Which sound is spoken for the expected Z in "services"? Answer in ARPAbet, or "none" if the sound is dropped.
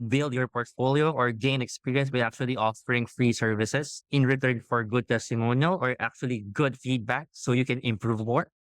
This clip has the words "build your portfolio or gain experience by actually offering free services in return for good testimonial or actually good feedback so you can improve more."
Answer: S